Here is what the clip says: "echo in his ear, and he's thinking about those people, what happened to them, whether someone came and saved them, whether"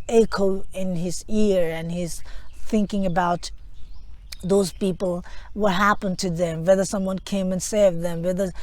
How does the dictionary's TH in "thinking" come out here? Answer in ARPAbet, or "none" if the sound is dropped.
TH